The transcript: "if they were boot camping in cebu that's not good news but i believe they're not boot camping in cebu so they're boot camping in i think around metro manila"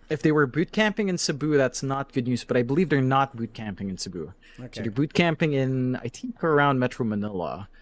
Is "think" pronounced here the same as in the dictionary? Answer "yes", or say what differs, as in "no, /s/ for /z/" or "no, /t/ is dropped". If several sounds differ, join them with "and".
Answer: no, /t/ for /θ/ and /ŋ/ is dropped